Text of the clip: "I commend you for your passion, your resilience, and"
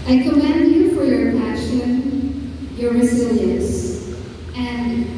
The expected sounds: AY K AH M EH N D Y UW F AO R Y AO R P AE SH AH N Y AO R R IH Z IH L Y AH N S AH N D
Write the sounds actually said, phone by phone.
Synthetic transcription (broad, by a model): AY K AH M EH N D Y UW F AO R Y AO R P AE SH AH N Y AO R R IH Z IH L Y AH N S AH N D